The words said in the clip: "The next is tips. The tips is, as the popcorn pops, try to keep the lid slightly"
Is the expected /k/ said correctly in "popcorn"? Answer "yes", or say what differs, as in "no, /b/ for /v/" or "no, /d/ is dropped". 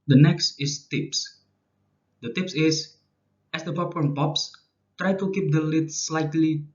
no, /k/ is dropped